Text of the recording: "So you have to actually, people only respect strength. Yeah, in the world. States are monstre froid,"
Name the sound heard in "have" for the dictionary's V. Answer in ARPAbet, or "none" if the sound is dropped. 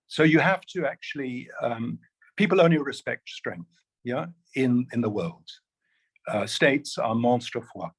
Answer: F